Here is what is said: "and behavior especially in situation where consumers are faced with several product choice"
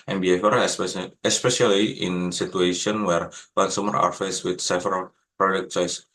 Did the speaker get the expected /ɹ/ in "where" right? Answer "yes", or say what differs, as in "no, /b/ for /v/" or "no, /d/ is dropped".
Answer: yes